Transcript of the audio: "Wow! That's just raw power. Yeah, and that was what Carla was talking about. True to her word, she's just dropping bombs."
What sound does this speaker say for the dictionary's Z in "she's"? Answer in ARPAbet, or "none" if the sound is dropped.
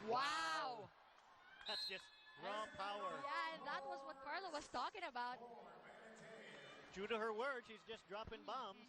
Z